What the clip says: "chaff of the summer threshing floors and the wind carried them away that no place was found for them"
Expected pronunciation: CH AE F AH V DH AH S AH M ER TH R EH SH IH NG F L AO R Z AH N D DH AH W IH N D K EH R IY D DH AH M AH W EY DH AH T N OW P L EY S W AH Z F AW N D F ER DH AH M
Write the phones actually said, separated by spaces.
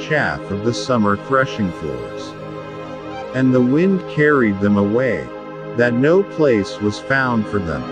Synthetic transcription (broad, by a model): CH AE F AH V DH AH S AH M ER TH R EH SH IH NG F L AO R Z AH N DH AH W IH N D K EH R IY D DH AH M AH W EY DH AH T N OW P L EY S W AH Z F AW N D F ER DH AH M